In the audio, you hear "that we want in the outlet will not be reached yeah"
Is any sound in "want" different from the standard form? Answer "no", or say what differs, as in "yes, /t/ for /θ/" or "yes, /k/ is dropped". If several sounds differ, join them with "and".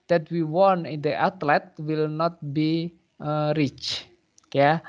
yes, /t/ is dropped